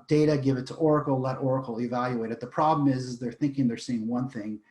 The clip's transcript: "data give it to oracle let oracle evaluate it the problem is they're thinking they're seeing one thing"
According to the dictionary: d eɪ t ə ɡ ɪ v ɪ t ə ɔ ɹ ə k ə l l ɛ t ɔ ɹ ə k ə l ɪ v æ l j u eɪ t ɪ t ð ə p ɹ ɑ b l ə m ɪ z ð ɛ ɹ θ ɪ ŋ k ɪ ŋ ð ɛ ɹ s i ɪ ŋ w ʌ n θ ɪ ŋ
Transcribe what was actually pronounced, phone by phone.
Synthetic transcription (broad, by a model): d eɪ t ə ɡ ɪ v ɪ t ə ɔ ɹ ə k l l ɛ t ɔ ɹ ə k l ɪ v æ l j u eɪ t ɪ t ð ə p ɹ ɑ b l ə m ɪ z ð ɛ ɹ θ ɪ ŋ k ɪ ŋ ð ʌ ɹ s i ɪ ŋ w ʌ n θ ɪ ŋ